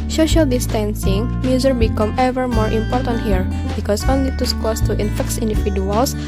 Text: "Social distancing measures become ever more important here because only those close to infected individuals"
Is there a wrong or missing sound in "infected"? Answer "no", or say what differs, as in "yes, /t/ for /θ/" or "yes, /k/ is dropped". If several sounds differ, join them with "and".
yes, /s/ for /t/